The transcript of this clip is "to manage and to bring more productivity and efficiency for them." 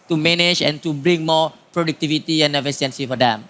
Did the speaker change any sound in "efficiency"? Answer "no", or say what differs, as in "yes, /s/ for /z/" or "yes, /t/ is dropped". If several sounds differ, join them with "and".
yes, /s/ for /ʃ/